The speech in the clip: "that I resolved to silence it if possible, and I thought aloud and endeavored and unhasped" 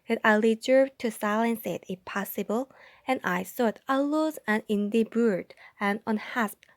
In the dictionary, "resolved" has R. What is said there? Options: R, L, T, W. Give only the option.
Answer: L